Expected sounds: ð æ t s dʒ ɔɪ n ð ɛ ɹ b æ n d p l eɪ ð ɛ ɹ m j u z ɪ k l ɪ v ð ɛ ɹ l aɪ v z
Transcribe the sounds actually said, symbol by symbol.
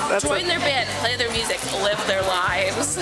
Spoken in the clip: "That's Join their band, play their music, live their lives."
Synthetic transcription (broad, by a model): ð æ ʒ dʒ ɔɪ n ð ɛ ɹ b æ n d p l eɪ ð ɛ ɹ m j u z ɪ k l ɪ v ð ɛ ɹ l aɪ v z